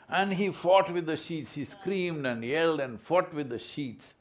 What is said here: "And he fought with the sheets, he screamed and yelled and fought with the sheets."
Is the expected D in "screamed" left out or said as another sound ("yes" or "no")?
no